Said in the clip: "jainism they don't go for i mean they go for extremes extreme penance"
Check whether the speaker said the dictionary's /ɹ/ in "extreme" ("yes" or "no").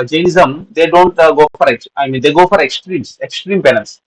yes